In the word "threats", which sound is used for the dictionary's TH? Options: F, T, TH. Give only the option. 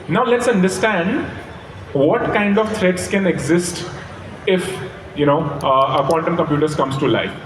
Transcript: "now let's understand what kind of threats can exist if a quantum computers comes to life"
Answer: T